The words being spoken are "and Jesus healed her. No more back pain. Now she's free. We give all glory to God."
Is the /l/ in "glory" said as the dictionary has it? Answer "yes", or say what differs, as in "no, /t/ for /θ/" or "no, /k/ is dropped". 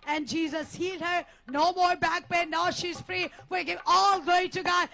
no, /l/ is dropped